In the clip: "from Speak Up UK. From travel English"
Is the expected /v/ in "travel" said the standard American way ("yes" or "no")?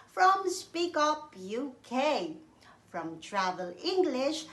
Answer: yes